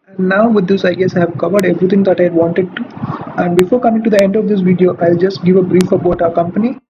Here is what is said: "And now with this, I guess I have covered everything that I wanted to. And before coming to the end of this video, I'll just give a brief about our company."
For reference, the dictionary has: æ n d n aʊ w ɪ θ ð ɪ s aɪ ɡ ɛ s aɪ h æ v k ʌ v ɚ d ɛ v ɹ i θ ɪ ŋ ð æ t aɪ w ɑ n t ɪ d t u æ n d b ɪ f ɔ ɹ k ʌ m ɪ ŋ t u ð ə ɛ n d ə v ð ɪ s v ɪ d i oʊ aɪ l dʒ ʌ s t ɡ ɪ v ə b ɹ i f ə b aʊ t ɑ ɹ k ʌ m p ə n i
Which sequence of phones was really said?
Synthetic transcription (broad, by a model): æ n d n aʊ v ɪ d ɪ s aɪ ɡ ɛ s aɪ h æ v k ʌ v ɚ d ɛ v ɹ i t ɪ ŋ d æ t aɪ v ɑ n t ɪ d t u æ n d b ɪ f ɔ ɹ k ʌ m ɪ ŋ t u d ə ɛ n d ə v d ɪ s v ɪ d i oʊ aɪ l dʒ ʌ s t ɡ ɪ v ə b ɹ i f ə b aʊ t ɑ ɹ k ʌ m p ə n i